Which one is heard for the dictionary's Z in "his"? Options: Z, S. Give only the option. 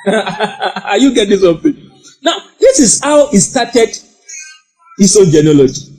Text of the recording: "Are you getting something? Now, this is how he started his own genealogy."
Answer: S